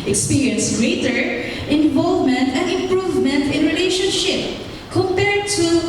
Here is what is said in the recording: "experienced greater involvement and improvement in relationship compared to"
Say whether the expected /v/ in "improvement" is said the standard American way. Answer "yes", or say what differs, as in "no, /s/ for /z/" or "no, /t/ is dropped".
yes